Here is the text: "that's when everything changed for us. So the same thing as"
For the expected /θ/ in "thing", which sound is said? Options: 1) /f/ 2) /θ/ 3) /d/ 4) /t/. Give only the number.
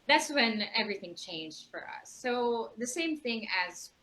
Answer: 2